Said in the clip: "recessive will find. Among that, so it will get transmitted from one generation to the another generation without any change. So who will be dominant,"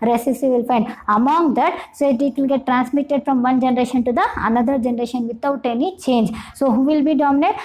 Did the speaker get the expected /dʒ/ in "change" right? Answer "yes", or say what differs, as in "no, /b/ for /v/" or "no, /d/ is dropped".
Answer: yes